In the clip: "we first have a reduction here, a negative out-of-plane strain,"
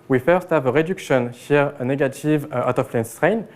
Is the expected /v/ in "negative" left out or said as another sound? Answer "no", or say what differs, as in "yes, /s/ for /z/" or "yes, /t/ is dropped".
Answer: no